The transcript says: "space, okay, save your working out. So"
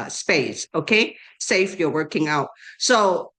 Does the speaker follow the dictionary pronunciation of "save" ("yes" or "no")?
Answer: no